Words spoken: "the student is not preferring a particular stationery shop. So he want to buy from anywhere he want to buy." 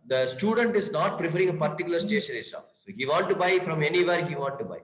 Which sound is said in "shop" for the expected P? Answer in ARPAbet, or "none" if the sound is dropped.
F